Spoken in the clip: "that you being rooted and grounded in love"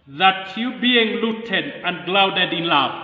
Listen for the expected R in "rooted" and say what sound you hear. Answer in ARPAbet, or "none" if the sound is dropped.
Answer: L